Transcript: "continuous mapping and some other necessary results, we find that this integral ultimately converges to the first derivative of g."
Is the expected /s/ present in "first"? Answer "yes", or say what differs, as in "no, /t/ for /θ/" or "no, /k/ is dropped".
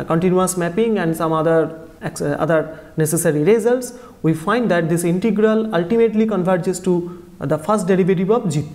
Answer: yes